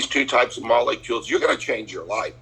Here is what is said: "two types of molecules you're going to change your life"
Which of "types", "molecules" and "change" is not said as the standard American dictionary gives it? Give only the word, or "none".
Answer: none